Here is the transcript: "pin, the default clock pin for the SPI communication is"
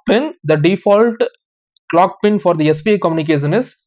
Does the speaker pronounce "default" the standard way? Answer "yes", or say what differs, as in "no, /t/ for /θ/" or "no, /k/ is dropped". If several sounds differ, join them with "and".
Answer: yes